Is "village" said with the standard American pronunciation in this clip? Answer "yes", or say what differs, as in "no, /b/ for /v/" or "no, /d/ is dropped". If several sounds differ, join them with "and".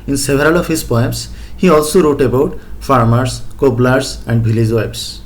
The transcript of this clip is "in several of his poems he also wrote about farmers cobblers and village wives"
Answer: no, /b/ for /v/